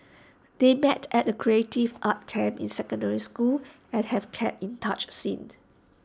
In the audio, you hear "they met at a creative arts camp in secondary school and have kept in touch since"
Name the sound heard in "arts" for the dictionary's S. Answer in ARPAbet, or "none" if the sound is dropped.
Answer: none